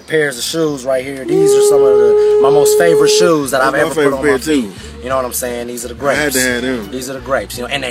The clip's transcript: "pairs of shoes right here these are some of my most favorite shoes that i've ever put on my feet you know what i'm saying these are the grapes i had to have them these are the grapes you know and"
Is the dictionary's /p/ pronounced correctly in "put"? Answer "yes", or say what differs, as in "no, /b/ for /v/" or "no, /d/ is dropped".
no, /f/ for /p/